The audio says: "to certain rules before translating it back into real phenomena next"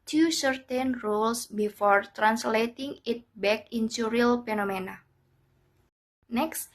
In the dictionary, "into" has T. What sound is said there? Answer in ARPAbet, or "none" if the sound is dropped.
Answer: S